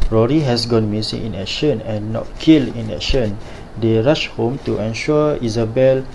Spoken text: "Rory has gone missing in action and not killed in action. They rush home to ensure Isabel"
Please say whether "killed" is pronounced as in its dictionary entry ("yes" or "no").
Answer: no